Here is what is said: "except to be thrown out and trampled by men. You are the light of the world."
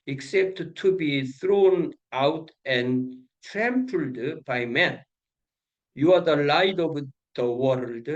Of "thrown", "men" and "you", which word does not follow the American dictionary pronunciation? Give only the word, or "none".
none